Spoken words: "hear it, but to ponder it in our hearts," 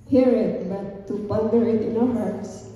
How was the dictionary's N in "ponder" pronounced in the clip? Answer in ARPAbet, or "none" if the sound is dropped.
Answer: L